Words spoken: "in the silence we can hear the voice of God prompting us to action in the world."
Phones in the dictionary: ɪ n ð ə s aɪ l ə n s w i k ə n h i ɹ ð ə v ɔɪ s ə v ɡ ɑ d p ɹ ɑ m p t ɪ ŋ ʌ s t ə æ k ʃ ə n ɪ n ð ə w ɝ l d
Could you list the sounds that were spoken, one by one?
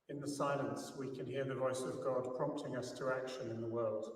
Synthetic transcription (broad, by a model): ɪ n ð ə s aɪ l ə n s w i k ə n h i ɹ ð ə v ɔɪ s ə v ɡ ɑ d p ɹ ɑ m p t ɪ ŋ ʌ s t ə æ k ʃ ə n ɪ n ð ə w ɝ l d